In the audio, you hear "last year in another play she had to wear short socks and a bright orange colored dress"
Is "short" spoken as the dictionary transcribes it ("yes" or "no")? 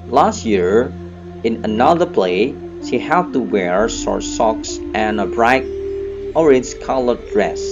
no